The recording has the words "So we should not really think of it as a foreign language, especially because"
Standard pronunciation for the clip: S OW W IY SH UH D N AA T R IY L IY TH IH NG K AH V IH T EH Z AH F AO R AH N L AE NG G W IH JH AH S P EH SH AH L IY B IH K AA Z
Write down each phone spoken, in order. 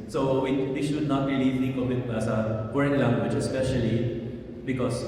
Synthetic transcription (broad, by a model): S OW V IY SH UH D N AA T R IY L IY S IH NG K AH B IH T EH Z AH P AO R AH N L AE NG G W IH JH AH S P EH SH AH L IY B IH K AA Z